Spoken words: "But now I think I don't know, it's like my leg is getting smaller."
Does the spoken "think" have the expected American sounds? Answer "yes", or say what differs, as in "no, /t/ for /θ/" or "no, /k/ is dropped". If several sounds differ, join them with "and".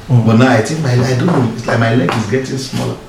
no, /t/ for /θ/